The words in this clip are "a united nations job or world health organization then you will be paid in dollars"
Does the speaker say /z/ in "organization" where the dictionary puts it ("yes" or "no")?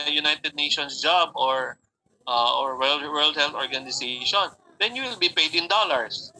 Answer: no